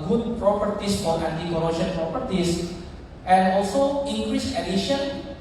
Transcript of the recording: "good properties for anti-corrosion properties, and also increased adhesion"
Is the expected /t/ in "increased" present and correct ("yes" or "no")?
no